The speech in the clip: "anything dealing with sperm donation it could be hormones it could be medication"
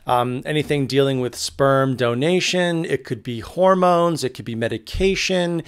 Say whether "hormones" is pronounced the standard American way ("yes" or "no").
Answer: yes